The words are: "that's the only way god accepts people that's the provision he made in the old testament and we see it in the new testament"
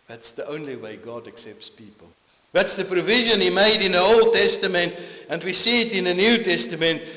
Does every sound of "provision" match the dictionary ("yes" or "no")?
yes